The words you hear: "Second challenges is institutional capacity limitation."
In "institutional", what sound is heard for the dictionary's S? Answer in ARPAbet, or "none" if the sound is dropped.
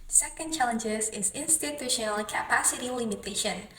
S